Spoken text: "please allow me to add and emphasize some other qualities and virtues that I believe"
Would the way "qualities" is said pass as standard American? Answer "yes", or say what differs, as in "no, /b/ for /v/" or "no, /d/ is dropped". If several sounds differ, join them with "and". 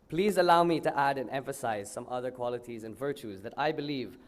yes